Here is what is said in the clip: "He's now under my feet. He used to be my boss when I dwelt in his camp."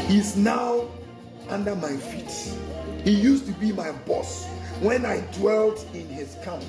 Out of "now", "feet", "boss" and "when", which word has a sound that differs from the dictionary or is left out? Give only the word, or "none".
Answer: none